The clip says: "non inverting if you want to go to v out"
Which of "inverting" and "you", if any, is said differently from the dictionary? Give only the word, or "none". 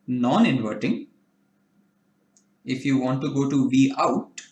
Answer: none